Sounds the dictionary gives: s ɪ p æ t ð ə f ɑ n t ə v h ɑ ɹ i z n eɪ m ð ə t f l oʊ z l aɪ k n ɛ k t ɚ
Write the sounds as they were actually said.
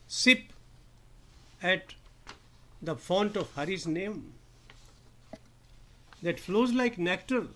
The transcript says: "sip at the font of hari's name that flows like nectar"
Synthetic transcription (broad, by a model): s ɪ p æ t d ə f ɑ n t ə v h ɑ ɹ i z n eɪ m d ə t f l oʊ z l aɪ k n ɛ k t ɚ